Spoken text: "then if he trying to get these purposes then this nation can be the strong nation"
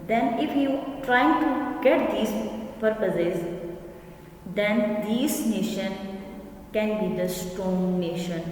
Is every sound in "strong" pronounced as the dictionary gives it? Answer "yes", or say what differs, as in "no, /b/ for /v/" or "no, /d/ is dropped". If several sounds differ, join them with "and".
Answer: no, /ɹ/ is dropped